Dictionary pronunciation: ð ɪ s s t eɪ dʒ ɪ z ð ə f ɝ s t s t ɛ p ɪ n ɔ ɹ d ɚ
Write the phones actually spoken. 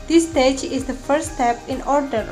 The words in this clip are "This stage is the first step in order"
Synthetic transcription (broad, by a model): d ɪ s s t eɪ dʒ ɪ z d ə f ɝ t s t ɛ p ɪ n ɔ ɹ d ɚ